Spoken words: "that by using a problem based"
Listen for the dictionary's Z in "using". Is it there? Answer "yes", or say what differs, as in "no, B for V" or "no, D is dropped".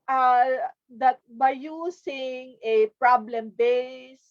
no, S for Z